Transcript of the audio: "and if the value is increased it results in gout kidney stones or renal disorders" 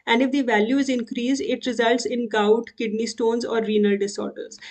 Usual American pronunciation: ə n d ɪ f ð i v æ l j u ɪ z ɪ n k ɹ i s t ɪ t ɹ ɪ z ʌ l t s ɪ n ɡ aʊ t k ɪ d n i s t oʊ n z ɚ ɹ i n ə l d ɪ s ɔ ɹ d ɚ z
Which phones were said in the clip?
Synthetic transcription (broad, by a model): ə n d ɪ f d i v æ l j u ɪ z ɪ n k ɹ i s ɪ t ɹ ɪ z ʌ l t s ɪ n ɡ aʊ t k ɪ d n i s t oʊ n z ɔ ɹ i n ə l d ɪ s ɔ ɹ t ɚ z